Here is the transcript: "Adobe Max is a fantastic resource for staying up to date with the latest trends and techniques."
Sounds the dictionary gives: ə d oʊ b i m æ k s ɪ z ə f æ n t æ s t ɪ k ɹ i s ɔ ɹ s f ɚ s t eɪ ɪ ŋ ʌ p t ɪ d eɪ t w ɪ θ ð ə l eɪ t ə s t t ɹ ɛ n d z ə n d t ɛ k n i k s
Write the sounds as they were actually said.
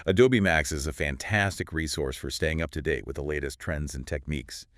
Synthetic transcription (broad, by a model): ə d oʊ b i m æ k s ɪ z ə f æ n t æ s t ɪ k ɹ i s ɔ ɹ s f ɚ s t eɪ ɪ ŋ ʌ p t ɪ d eɪ t w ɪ ð ə l eɪ t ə s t t ɹ ɛ n d z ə n t ɛ k n i k s